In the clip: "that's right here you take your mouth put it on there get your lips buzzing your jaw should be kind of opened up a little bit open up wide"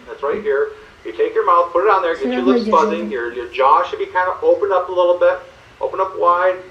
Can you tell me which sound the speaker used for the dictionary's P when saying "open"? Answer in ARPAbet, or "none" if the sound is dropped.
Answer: P